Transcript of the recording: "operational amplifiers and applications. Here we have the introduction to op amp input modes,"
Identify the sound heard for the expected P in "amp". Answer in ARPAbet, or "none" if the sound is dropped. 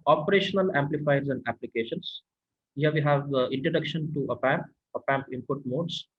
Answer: P